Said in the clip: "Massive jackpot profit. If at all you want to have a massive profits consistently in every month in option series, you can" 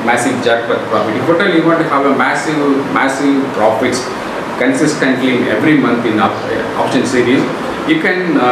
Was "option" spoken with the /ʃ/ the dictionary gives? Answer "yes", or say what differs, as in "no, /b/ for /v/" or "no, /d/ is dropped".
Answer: yes